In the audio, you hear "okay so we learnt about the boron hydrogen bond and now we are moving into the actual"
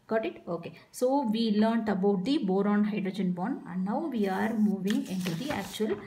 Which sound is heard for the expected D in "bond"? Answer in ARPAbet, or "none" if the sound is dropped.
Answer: none